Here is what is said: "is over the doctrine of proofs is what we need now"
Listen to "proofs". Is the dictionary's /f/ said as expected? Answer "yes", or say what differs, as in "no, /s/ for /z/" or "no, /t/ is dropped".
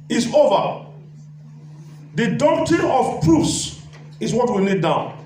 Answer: no, /f/ is dropped